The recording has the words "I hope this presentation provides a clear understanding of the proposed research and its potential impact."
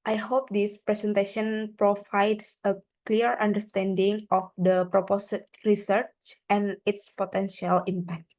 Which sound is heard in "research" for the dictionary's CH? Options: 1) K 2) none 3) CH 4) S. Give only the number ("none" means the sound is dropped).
3